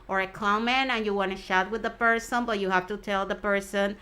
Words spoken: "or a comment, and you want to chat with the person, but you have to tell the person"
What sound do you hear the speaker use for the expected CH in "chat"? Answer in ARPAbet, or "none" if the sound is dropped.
SH